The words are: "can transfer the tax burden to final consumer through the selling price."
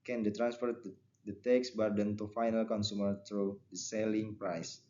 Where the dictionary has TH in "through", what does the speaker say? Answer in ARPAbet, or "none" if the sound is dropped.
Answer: T